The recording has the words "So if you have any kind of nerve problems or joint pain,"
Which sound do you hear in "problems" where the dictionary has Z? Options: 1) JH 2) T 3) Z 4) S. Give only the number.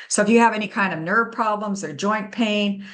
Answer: 3